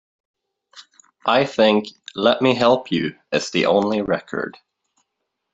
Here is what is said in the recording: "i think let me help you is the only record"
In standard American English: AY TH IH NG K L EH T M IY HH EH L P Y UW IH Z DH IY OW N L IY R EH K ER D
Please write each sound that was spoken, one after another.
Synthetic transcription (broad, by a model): AY TH IH NG K L EH T M IY HH EH L P Y UW IH Z DH IY OW N L IY R EH K ER D